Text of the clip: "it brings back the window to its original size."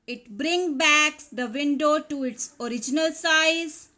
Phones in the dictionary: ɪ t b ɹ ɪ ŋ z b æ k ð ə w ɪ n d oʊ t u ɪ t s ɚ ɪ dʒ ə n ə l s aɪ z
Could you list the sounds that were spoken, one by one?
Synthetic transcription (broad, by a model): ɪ t b ɹ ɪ ŋ b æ k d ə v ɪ n d oʊ t u ɪ t s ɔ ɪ dʒ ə n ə l s aɪ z